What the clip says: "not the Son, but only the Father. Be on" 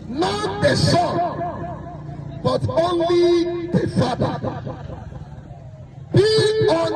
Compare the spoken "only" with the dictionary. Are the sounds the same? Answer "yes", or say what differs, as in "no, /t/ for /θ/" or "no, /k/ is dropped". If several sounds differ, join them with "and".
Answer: yes